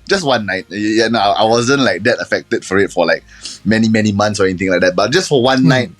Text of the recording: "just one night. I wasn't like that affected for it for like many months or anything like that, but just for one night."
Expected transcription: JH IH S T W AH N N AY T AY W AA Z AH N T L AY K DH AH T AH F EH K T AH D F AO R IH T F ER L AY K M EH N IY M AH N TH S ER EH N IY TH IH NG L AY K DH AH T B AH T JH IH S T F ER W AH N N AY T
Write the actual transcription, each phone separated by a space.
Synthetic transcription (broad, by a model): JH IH S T W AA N N AY T AY W AA Z AH N T L AY K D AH T AH F EH K T AH D F AO R IH T F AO L AY K M EH N IY M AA N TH S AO EH N IY T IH NG L AY K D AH T B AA T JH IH S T F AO W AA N N AY T